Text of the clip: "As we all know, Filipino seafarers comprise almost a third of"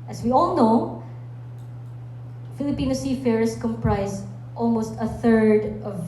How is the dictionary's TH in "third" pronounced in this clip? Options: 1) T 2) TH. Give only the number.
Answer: 2